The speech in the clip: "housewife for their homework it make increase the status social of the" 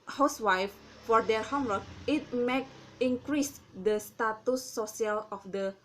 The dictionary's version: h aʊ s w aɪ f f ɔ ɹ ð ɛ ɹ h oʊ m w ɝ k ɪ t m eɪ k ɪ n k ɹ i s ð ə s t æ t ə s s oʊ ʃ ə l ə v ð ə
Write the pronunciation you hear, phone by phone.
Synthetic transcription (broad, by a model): h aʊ s w aɪ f f ɔ ɹ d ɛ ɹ h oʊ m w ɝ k ɪ t m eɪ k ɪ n k ɹ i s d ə s t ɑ t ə s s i ə l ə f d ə